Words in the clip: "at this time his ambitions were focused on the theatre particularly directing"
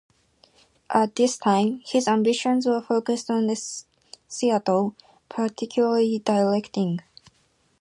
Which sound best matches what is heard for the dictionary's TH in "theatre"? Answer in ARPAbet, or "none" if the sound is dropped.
S